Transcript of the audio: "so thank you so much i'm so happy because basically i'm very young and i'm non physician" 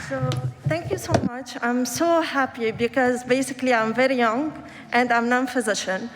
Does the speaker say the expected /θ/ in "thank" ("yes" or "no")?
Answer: no